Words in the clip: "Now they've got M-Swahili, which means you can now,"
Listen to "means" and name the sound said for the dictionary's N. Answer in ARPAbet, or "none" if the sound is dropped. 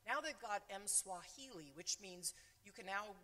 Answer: N